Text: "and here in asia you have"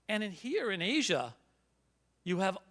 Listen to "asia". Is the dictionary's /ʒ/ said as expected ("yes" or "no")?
yes